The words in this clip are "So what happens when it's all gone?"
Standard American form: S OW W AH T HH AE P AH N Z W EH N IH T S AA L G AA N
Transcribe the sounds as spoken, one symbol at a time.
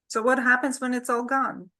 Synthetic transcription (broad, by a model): S OW W AH T HH AE P AH N Z W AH N IH T S AA L G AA N